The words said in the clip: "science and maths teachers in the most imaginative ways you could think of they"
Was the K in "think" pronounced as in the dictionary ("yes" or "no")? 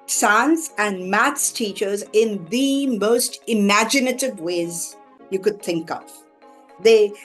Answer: yes